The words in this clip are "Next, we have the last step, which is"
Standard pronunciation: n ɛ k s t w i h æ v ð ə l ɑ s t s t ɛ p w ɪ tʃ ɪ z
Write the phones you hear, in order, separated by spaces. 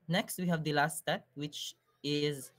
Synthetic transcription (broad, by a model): n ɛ k s t w i h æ v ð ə l ɑ s t s t ɛ p w ɪ tʃ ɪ z